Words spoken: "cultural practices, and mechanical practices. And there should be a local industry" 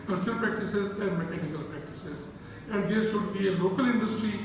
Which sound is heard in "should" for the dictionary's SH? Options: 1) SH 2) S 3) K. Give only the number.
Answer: 2